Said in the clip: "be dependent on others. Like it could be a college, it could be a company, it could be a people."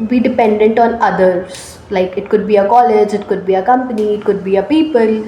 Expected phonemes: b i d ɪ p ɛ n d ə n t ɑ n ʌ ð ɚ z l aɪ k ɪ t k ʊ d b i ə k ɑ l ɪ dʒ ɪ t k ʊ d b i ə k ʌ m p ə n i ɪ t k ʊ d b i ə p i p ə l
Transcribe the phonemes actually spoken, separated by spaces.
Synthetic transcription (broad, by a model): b i d ɪ p ɛ n d ə n t ɑ n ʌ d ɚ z l aɪ k ɪ t k ʊ d b i ə k ɑ l ɪ dʒ ɪ t k ʊ d b i ə k ʌ m p ə n i ɪ t k ʊ d b i ə p i p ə l